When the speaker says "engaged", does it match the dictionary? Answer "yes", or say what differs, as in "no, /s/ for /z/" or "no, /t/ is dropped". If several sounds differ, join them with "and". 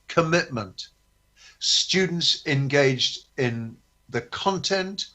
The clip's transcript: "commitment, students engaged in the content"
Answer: yes